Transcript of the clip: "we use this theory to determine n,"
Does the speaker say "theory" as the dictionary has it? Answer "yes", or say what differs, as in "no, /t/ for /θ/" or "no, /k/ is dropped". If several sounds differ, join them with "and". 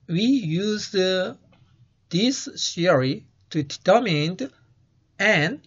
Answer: no, /s/ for /θ/